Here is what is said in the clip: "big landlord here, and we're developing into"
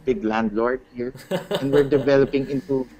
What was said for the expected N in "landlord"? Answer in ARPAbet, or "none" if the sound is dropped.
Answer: N